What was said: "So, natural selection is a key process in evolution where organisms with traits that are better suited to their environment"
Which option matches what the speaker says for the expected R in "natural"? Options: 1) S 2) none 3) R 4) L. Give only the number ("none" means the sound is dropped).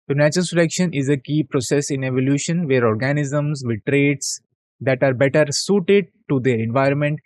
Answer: 2